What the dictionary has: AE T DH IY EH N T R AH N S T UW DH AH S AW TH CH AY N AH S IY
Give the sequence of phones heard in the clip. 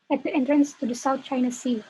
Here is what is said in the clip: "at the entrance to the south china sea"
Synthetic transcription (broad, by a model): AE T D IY EH N T R AH N S T UW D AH S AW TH CH AY N AH S IY